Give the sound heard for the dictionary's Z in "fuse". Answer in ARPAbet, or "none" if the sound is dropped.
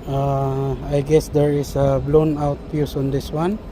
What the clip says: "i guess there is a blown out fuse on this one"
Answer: S